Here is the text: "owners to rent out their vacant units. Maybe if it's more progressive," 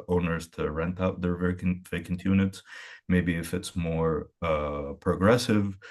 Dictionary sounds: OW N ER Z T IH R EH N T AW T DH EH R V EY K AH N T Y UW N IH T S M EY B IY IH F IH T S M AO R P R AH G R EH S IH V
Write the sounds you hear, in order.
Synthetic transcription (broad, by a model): OW N ER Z T IH R EH N T AW T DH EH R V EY K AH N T Y UW N IH T S M EY B IY IH F IH T S M AO R P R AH G R EH S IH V